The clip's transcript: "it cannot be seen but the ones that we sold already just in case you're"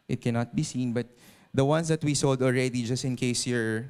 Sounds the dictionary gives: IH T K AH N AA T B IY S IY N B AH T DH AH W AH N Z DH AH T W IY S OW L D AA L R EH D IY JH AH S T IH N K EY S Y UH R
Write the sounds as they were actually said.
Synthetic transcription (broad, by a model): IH T K AH N AA T B IY S IY N B AH T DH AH W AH N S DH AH T W IY S OW L D AA L R EH D IY JH AH S T IH N K EY S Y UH R